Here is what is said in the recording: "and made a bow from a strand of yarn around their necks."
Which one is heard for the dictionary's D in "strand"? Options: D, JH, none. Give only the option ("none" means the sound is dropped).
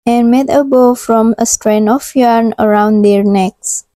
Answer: none